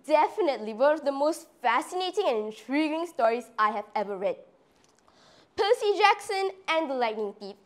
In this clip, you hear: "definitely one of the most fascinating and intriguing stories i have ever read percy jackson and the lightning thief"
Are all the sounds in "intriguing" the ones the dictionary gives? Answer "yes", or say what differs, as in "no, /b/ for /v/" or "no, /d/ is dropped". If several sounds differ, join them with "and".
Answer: yes